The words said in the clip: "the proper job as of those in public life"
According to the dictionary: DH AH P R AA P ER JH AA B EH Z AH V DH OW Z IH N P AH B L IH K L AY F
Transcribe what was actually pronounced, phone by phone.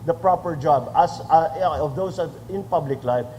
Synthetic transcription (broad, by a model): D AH P R AA P ER JH AA B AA S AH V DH OW S IH N P AH B L IH K L AY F